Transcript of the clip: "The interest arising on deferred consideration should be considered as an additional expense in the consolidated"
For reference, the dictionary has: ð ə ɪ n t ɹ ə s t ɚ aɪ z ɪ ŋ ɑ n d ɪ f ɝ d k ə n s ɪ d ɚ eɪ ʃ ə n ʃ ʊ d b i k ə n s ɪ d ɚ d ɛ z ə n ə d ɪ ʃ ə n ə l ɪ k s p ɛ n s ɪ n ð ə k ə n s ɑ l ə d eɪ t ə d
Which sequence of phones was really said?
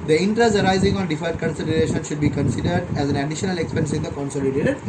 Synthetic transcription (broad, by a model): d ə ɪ n t ɹ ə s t ɚ aɪ z ɪ ŋ ɑ n d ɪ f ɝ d k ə n s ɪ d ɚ eɪ ʃ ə n ʃ ʊ d b i k ə n s ɪ d ɚ d ɛ z ə n ə d ɪ ʃ ə n ə l ɪ k s p ɛ n s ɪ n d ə k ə n s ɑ l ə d eɪ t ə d